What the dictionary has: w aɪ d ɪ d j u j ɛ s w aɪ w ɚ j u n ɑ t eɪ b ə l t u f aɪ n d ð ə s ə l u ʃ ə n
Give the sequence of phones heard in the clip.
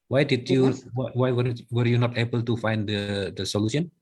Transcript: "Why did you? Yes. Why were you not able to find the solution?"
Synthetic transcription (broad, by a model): w aɪ d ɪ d j u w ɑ w aɪ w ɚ j u n ɑ t eɪ b ə l t u f aɪ n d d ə s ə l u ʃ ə n